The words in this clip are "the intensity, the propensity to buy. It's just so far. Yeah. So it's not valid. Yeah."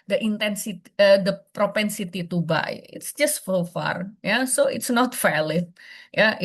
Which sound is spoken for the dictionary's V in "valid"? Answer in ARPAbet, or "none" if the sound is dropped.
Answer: F